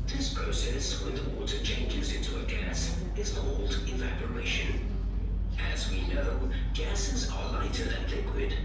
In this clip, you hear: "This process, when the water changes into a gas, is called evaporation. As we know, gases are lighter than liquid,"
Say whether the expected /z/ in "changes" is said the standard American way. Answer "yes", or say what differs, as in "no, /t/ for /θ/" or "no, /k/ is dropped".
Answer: yes